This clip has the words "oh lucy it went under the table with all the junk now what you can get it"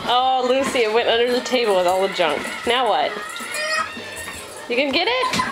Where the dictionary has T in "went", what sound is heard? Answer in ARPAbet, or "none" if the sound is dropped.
T